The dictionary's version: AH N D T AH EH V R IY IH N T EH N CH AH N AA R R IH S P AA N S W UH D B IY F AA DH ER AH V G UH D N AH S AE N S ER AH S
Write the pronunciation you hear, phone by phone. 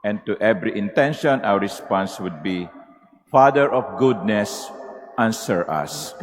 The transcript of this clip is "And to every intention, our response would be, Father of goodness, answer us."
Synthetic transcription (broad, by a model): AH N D T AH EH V R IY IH N T EH N SH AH N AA W R IH S P AA N S W UH D B IY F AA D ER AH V G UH D N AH S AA N S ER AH S